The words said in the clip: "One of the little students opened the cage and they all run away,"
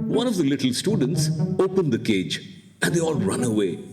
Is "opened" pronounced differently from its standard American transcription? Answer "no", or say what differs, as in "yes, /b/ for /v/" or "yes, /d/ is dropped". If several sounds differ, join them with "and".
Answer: no